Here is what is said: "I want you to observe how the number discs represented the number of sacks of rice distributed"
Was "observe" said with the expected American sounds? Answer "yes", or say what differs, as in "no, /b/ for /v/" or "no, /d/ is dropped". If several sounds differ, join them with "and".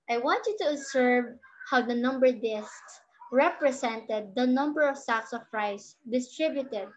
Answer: no, /s/ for /z/